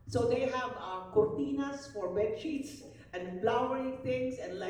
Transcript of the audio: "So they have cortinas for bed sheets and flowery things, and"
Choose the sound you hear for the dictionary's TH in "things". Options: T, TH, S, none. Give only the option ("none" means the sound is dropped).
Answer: T